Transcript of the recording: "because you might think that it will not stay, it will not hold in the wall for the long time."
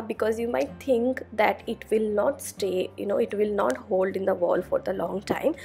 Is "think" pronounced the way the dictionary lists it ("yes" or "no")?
no